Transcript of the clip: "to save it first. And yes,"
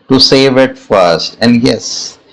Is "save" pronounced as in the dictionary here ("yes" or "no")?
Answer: yes